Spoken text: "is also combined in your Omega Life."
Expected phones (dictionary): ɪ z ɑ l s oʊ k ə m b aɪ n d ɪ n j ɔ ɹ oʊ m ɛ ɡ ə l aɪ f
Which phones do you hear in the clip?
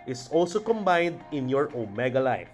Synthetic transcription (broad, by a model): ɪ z ɑ l s oʊ k ə m b aɪ n d ɪ n j ɔ ɹ oʊ m ɛ ɡ ə l aɪ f